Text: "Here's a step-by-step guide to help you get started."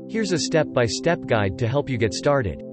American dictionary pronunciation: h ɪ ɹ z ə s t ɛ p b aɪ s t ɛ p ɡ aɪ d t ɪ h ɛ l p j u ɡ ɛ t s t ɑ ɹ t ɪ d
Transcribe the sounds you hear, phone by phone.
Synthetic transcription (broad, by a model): h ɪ ɹ z ə s t ɛ p b aɪ s t ɛ p ɡ aɪ d t ɪ h ɛ l p j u ɡ ɛ t s t ɑ ɹ t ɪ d